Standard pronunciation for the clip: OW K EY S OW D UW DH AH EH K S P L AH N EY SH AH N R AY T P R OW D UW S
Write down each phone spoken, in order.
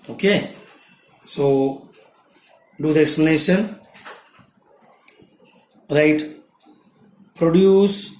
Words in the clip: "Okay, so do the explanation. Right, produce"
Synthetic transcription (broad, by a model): OW K EY S OW D UW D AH EH K S P L AH N EY SH AH N R AY T P R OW D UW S